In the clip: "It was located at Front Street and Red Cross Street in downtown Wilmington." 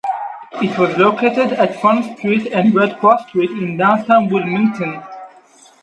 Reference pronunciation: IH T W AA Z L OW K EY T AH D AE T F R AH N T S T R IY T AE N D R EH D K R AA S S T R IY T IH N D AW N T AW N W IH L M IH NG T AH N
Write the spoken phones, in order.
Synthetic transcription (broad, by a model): IH T W AA Z L OW K EY T AH D AE T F AH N S T R IY T AE N D R EH D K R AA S S T R IY T IH N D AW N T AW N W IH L M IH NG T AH N